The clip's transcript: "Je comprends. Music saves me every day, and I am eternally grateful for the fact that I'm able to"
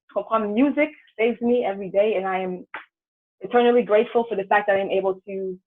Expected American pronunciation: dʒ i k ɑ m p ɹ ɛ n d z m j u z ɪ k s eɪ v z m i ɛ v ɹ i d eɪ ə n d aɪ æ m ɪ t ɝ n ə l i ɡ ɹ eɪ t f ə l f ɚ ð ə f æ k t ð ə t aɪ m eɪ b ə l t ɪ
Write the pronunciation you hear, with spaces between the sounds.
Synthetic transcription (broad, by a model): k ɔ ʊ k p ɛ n m j u z ɪ k s eɪ v z m i ɛ v ɹ i d eɪ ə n aɪ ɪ m ɪ t ɝ n ə l i ɡ ɹ eɪ t f l f ɚ ð ə f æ k ð ə t aɪ m eɪ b l t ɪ